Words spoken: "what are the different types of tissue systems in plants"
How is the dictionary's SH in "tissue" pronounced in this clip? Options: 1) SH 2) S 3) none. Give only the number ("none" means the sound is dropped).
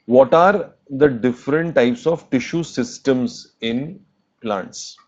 1